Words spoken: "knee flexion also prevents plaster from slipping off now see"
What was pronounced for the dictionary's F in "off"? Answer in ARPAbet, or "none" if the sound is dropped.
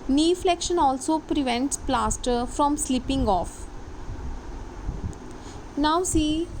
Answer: F